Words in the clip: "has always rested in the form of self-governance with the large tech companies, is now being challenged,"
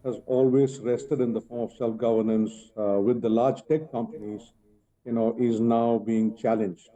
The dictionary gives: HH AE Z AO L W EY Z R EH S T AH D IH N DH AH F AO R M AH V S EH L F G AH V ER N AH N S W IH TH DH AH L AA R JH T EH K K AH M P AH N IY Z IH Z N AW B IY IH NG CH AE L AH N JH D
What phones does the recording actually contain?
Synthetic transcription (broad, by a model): HH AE Z AO L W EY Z R EH S T AH D IH N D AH F AO R M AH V S EH L F G AH V ER N AH N S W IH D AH L AA R JH T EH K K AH M P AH N IY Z IH Z N AW B IY IH NG CH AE L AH N JH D